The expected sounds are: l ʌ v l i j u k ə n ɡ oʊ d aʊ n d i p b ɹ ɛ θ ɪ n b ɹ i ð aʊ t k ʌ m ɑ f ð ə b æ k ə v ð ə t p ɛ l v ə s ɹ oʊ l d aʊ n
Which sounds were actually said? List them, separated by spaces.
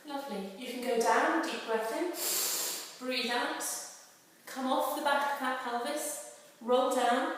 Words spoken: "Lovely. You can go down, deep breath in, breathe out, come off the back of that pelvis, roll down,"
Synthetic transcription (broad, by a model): l ʌ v l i j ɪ k ə n ɡ oʊ d aʊ n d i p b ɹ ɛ t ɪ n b ɹ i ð aʊ t k ʌ m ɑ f ð ə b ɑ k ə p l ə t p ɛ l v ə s ɹ oʊ l d aʊ n